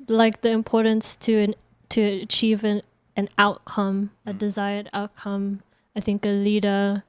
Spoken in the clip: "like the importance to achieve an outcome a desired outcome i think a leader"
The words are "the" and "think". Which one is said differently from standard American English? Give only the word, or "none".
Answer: none